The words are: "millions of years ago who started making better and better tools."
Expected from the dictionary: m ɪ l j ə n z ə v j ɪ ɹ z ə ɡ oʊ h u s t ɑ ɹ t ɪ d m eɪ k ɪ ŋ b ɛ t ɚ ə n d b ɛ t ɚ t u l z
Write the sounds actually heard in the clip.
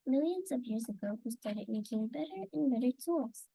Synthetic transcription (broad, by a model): m ɪ l j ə n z ə v j ɪ ɹ z ə ɡ oʊ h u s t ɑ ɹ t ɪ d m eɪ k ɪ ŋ b ɛ t ɚ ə n b ɛ t ɚ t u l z